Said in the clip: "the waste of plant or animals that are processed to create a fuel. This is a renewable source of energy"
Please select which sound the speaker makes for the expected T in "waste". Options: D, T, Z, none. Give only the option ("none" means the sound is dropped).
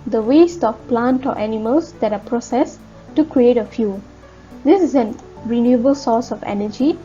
T